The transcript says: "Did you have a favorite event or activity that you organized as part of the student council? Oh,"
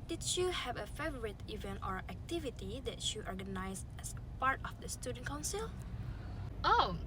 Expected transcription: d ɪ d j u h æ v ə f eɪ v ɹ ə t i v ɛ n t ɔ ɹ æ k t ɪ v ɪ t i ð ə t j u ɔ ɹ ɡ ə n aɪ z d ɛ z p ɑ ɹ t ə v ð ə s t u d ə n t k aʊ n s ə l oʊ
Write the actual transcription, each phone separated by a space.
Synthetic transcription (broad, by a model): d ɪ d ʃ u h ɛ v ə f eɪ v ɹ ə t i v ɛ n t ɔ ɹ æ k t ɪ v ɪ t i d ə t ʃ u ɔ ɹ ɡ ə n aɪ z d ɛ s p ɑ ɹ t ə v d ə s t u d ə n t k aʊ n s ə l oʊ